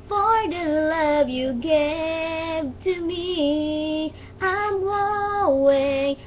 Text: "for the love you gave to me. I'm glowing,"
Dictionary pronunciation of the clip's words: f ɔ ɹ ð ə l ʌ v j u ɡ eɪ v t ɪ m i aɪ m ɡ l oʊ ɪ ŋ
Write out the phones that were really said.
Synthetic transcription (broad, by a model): f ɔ ɹ ð ə l ʌ v j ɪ ɡ eɪ v t ɪ m i aɪ m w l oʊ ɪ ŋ